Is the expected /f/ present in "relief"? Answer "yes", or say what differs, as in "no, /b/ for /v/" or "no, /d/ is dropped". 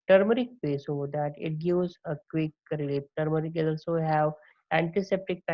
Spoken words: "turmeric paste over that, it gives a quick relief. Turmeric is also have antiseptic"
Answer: no, /p/ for /f/